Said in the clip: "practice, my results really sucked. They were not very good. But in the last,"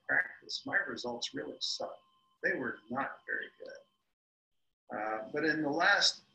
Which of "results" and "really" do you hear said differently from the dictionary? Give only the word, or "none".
none